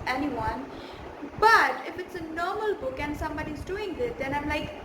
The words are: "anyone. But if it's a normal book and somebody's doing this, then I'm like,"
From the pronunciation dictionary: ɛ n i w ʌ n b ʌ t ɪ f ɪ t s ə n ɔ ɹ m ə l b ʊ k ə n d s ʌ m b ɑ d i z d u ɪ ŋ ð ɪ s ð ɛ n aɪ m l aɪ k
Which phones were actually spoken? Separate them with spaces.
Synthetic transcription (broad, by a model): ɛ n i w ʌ n b ʌ t ɪ f ɪ t s ə n ɔ ɹ m ə l b ʊ k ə n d s ʌ m b ɑ d i z d u ɪ ŋ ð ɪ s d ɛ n aɪ m l aɪ k